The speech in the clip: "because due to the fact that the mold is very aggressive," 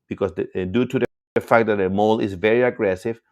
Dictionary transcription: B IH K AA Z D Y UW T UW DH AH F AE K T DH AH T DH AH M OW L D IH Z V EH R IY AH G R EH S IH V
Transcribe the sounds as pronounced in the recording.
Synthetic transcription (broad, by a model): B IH K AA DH D Y UW T UW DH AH F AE K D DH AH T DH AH M OW L IH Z V EH R IY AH G R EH S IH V